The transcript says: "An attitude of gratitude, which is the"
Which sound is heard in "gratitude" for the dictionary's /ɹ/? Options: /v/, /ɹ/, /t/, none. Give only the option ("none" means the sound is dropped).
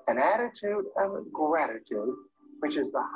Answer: /ɹ/